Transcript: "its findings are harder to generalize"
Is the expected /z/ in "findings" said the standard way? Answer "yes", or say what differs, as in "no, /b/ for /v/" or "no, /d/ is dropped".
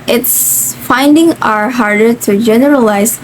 no, /z/ is dropped